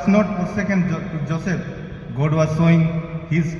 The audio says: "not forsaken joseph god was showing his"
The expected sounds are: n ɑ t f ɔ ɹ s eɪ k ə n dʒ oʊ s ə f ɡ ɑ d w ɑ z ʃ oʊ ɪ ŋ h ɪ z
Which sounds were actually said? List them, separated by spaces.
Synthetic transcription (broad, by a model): n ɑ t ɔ s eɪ k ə n dʒ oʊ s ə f ɡ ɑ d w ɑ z s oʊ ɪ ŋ h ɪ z